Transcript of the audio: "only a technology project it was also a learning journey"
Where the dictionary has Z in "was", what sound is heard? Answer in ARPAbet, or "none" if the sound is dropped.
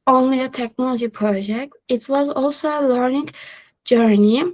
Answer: Z